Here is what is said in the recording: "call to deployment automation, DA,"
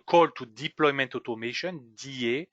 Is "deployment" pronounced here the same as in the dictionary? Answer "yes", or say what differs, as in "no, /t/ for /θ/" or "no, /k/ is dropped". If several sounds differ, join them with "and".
yes